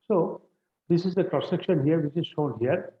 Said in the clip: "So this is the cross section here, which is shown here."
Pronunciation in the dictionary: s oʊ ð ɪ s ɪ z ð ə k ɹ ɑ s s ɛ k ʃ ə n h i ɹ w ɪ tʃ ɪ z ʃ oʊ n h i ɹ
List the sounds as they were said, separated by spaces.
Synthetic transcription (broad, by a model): s oʊ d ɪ s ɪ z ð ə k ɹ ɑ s s ɛ k ʃ ə n h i ɹ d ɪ s ɪ z ʃ oʊ n h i ɹ